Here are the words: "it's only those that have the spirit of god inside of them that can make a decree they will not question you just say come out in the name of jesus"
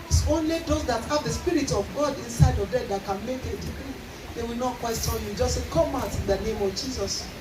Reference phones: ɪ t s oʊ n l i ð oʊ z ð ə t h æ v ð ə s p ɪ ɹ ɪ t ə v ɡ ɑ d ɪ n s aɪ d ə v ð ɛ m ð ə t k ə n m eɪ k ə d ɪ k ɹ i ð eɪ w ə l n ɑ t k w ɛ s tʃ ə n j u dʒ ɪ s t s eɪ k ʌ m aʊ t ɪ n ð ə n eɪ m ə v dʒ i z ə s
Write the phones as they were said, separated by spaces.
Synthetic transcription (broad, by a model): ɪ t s oʊ n l i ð oʊ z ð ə t h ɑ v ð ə s p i ɹ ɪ t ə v ɡ ɑ d ɪ n s aɪ d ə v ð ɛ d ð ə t k ə n m eɪ k ə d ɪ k ɹ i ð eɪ w ə l n ɑ t k w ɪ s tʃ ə l j u dʒ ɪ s s eɪ k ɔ m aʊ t ɪ n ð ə n eɪ m ə v dʒ i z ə s